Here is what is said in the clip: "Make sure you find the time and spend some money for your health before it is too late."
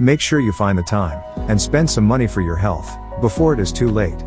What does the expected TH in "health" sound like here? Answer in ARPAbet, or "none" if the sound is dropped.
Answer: TH